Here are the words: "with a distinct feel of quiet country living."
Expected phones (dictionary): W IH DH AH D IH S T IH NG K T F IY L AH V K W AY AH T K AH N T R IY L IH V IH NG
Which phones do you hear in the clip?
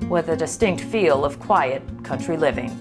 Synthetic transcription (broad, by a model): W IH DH AH D IH S T IH NG K T F IY L AH V K W AY AH T K AH N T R IY L IH V IH NG